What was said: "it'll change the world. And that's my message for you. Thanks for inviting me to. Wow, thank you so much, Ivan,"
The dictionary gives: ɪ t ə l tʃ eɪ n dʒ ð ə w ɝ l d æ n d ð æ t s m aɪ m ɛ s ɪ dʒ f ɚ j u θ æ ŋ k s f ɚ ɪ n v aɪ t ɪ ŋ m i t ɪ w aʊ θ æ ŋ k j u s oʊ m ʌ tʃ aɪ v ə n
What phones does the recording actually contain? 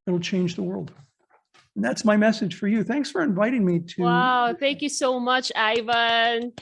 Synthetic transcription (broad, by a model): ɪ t l tʃ eɪ n dʒ ð ə w ɝ l d n ð æ t s m aɪ m ɛ s ɪ dʒ f ɚ j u θ æ ŋ k s f ɚ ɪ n v aɪ t ɪ ŋ m i t ɪ w aʊ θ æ ŋ k j u s oʊ m ʌ tʃ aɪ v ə n